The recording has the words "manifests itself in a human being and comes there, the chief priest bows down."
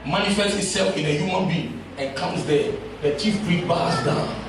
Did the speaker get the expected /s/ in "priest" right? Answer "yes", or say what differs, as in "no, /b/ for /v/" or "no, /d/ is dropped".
no, /s/ is dropped